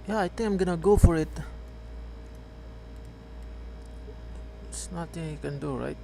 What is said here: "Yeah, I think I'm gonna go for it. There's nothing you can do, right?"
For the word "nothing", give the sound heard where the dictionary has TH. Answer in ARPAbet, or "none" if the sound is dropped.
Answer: T